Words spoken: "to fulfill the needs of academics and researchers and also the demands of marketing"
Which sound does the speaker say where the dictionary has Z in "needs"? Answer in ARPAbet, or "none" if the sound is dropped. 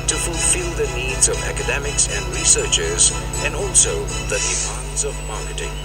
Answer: Z